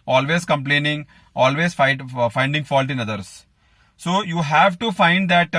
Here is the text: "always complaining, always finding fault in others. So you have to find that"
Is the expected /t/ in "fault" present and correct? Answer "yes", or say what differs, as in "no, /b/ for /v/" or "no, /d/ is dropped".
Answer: yes